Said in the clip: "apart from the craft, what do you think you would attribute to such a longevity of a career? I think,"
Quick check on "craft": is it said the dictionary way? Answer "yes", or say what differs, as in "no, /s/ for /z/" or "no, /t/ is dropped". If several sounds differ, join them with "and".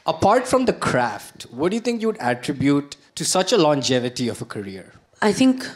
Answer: yes